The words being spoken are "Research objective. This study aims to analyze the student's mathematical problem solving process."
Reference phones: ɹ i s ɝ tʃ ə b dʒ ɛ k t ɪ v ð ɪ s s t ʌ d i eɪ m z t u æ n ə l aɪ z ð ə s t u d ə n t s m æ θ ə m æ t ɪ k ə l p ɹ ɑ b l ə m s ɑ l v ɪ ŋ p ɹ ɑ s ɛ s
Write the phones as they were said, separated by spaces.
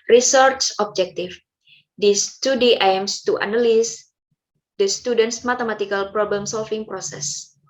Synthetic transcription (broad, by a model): ɹ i s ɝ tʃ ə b dʒ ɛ k t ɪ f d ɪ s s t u d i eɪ m s t u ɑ n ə l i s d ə s t u d ə n t s m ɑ t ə m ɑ t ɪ k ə l p ɹ ɑ b l ə m s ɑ l f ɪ ŋ p ɹ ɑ s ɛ s